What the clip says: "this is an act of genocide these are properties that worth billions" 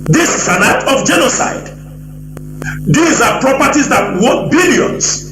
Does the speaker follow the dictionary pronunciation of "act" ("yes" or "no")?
no